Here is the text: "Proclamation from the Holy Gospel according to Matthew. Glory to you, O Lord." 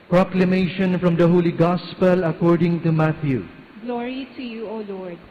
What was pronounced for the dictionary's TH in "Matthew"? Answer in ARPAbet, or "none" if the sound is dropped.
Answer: T